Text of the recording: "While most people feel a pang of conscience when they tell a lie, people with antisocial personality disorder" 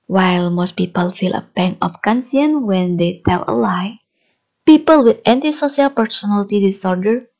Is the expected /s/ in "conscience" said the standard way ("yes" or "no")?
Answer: no